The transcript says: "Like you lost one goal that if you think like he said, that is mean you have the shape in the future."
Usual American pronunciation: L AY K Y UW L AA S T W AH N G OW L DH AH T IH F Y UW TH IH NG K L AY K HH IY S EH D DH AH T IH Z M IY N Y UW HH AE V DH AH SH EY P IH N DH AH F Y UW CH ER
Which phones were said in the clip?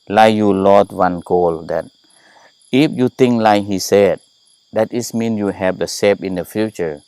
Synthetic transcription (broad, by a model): L AY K Y UW L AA T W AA N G OW L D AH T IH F Y UW T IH NG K L AY K HH IY S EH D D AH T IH S M IY N Y UW HH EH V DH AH S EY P IH N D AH F Y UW CH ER